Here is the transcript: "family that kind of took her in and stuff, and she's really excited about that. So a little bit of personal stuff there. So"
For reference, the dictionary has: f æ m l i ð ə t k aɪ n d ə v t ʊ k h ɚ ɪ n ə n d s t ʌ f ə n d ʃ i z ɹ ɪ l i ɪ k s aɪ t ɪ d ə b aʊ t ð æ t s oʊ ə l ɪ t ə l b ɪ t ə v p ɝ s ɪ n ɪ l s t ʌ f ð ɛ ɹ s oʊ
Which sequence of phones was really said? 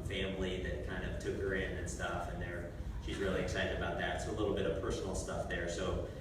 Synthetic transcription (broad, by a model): f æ m l i ð ə t k aɪ n d ə v t ʊ k h ɚ ɪ n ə n s t ʌ f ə n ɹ ʃ i z ɹ ɪ l i ɪ k s aɪ t ɪ d ə b aʊ t ð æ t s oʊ ə l ɪ t l b ɪ t ə v p ɝ s n l s t ʌ f ð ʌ ɹ s oʊ